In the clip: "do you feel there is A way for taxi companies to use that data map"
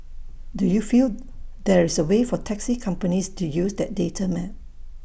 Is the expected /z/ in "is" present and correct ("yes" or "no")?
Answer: no